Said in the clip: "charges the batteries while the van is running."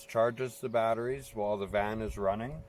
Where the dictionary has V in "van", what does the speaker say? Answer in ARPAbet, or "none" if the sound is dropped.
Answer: V